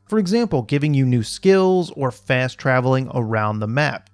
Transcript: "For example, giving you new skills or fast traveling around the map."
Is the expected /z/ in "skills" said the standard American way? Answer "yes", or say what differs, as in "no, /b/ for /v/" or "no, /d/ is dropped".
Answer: yes